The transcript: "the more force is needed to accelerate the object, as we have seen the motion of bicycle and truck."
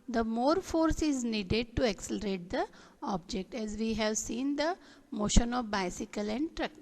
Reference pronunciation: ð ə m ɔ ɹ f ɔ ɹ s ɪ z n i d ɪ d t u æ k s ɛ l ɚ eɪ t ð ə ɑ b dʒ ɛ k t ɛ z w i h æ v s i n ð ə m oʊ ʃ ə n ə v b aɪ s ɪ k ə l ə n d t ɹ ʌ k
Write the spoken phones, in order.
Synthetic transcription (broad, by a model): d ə m ɔ ɹ f ɔ ɹ s ɪ z n i d ɪ d t u æ k s ɛ l ɚ eɪ t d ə ɑ b dʒ ɛ k t ɛ z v i h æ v s i n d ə m oʊ ʃ ə n ə v b aɪ s ɪ k ə l ə n d t ɹ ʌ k